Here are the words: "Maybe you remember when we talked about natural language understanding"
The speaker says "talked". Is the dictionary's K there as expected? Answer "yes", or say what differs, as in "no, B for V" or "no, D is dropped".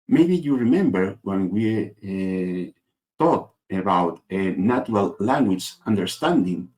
no, K is dropped